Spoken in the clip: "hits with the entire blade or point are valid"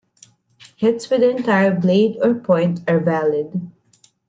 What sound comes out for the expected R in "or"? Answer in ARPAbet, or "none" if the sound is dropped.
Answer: R